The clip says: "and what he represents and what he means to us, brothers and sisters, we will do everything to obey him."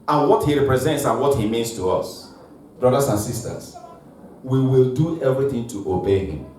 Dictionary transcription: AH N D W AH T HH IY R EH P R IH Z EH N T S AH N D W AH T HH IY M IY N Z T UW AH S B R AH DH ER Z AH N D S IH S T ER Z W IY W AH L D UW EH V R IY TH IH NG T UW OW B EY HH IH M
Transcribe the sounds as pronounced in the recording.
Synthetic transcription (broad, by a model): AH N W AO T HH IY R EH P R IH Z EH N T S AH N W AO T HH IY M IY N S T UW AH S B R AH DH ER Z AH N S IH S T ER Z W IY W AH L D UW EH V R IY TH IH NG T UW OW B EY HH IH M